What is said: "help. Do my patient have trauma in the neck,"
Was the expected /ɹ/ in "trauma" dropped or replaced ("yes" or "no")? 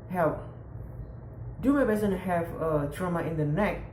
no